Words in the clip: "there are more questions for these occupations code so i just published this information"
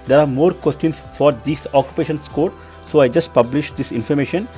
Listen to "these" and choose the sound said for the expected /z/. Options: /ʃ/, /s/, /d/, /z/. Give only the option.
/s/